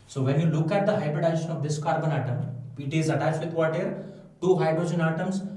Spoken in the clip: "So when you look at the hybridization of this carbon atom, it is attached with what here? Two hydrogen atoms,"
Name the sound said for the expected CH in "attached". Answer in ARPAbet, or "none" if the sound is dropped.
none